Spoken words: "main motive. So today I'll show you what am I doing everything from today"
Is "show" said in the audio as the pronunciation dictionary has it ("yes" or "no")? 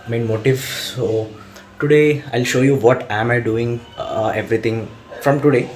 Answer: yes